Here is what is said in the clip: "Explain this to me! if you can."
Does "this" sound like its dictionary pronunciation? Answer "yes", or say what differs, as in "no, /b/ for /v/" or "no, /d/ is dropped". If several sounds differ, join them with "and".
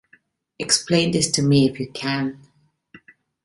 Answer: yes